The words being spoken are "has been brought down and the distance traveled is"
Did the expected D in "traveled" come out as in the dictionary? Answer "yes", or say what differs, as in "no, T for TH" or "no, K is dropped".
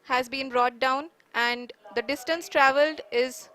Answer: yes